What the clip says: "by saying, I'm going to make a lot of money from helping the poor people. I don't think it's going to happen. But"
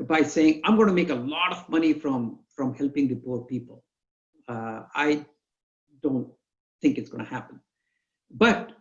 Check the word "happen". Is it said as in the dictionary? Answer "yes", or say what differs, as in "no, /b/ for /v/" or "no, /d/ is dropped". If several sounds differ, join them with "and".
yes